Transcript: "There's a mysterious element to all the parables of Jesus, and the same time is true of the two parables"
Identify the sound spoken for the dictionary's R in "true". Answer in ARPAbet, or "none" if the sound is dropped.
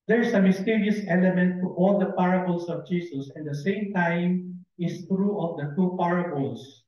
R